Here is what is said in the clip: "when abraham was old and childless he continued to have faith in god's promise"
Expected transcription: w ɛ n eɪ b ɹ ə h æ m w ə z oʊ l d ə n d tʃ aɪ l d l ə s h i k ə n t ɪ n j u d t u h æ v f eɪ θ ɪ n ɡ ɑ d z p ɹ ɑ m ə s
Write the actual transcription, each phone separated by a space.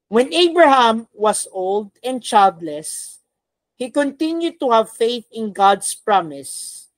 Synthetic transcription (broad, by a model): w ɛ n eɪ b ɹ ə h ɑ m w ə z oʊ l d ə n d tʃ aɪ l d l ə s h i k ə n t ɪ n j u d t u h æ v f eɪ θ ɪ n ɡ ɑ d s p ɹ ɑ m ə s